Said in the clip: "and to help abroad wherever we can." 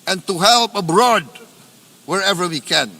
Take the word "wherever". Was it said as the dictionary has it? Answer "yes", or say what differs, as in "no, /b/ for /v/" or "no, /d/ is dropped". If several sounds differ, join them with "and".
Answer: yes